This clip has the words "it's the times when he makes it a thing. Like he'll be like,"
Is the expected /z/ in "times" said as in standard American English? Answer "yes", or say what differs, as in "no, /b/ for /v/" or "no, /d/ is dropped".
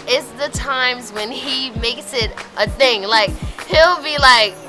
yes